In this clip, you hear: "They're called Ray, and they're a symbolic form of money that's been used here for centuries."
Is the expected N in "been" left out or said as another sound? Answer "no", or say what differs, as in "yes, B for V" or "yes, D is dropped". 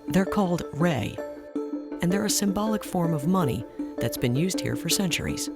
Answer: no